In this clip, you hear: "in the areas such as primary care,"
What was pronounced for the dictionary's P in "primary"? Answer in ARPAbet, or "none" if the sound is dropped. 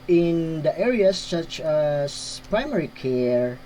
P